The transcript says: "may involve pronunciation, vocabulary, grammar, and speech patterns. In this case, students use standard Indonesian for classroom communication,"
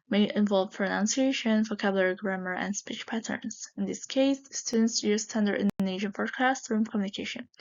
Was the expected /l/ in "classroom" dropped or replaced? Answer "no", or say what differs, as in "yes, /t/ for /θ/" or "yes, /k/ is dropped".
yes, /l/ is dropped